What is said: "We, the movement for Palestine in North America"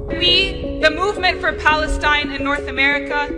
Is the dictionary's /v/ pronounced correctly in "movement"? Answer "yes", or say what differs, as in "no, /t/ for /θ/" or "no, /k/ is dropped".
yes